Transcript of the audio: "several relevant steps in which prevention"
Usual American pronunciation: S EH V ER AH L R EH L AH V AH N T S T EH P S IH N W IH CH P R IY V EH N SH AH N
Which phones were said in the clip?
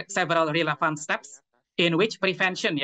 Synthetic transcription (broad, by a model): S EH V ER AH L R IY L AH F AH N S T EH P S IH N W IH CH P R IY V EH N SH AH N